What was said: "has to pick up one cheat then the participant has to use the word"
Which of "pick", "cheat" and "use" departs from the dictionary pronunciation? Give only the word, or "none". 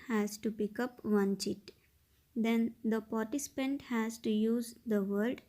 none